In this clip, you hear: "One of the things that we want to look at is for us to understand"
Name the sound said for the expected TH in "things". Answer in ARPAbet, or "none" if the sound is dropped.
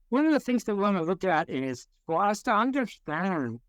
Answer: TH